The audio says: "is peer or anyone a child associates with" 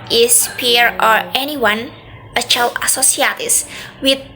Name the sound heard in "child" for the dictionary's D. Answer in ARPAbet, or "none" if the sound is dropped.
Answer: none